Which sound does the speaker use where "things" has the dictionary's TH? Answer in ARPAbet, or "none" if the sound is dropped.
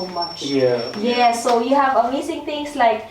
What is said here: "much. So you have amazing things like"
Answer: T